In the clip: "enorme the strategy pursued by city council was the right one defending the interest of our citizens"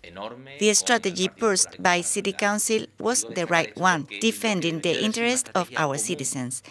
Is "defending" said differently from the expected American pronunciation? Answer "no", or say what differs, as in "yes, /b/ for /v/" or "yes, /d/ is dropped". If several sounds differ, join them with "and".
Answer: no